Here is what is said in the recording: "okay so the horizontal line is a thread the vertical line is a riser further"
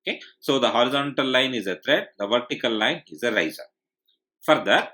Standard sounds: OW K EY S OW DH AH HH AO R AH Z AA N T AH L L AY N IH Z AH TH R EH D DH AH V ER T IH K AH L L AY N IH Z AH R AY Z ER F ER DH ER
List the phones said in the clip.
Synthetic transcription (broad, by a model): K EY S OW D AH HH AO R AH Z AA N T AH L L AY N IH Z AH T R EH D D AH V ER T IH K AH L L AY N IH Z AH R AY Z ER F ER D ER